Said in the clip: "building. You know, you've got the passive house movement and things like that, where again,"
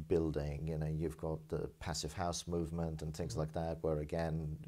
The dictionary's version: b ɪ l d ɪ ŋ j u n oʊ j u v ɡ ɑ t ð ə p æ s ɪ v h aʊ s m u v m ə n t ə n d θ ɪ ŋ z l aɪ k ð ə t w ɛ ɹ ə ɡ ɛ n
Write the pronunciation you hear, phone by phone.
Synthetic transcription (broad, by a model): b ɪ l d ɪ ŋ j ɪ n oʊ j u v ɡ ɑ t ð ə p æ s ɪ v h aʊ s m u v m ə n t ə n θ ɪ ŋ z l aɪ k ð ə t w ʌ ɹ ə ɡ ɛ n